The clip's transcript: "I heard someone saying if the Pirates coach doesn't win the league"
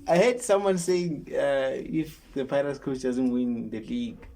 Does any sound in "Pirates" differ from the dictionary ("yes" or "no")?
yes